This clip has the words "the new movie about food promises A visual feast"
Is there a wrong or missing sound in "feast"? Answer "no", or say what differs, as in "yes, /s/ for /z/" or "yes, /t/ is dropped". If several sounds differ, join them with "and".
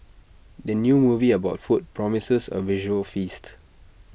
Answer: no